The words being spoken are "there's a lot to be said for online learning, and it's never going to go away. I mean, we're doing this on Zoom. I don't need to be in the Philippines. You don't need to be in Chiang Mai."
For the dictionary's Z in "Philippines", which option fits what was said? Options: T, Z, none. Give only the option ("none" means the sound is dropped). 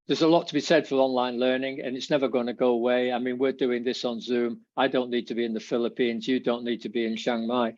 Z